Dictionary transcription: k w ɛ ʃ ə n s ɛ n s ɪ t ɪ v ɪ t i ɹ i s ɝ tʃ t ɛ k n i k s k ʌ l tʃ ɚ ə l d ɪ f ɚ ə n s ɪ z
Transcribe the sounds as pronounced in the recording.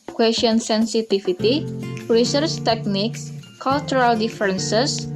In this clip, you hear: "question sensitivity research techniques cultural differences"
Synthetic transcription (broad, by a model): k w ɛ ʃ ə n s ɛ n s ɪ t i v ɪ t i ɹ i s ɝ tʃ t ɛ k n i k s k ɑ l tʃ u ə l d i f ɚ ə n s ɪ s